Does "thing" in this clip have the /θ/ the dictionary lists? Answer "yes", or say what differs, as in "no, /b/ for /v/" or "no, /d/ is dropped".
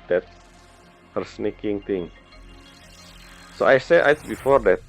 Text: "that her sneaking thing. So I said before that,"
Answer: no, /t/ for /θ/